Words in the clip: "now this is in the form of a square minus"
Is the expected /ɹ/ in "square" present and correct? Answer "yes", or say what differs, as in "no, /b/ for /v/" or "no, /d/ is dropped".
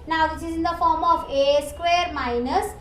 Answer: yes